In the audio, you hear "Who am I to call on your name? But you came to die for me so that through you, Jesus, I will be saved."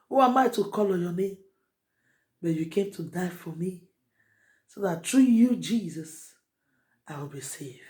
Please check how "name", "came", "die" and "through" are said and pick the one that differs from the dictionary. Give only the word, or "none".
through